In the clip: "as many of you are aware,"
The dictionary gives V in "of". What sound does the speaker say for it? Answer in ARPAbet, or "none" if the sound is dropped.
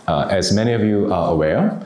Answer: V